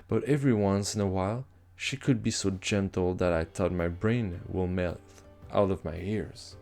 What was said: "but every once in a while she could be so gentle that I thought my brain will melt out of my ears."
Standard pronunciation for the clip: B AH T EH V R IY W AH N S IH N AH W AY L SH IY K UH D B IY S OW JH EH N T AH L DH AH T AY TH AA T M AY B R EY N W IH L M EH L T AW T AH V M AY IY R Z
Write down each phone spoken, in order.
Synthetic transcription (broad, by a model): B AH T EH V R IY W AH N S IH N AH W AY L SH IY K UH D B IY S OW JH EH N T L DH AH T AY T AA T M AY B R EY N W IH L M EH L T AW T AH V M AY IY R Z